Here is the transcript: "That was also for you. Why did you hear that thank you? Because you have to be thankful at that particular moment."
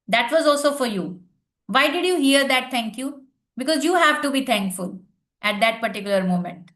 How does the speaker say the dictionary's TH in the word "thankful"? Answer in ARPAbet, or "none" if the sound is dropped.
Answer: T